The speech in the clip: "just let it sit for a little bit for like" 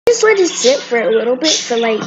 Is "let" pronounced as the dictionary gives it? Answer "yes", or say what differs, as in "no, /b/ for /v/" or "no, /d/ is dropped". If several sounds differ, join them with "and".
no, /w/ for /l/